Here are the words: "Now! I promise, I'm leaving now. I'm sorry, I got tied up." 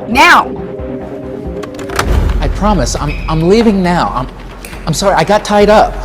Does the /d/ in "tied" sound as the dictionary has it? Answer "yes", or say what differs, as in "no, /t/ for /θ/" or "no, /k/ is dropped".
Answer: yes